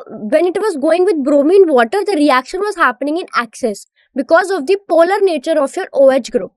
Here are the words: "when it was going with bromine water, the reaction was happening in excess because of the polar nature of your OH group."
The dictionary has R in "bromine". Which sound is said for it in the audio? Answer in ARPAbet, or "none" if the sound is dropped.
R